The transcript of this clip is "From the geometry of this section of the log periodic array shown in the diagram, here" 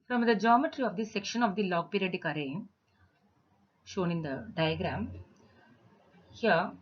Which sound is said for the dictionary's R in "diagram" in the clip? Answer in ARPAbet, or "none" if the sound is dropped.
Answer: R